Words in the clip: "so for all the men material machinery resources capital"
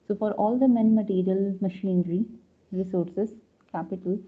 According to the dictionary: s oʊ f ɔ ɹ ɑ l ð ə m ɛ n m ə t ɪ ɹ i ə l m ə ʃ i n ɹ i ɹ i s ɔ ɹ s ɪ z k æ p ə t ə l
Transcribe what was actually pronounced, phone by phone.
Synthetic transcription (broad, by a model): s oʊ f ɔ ɹ ɑ l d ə m ɛ n m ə t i ɹ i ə l m ə ʃ i n ɹ i ɹ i s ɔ ɹ s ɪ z k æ p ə t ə l